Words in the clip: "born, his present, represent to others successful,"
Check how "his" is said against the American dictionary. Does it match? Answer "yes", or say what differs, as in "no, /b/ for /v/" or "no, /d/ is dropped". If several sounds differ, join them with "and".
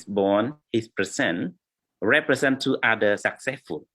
no, /s/ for /z/